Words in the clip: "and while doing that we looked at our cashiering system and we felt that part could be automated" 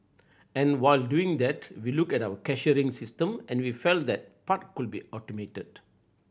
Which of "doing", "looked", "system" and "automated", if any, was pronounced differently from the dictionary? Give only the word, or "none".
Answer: looked